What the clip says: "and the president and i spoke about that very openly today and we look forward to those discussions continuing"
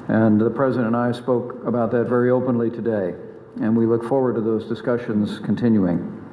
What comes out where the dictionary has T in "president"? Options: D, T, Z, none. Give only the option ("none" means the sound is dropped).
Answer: none